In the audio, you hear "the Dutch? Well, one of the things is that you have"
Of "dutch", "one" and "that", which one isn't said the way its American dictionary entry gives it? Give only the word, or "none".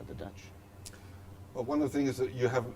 none